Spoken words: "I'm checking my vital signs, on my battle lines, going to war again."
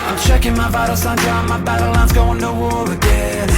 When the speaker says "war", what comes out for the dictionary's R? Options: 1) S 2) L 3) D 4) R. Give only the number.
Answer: 2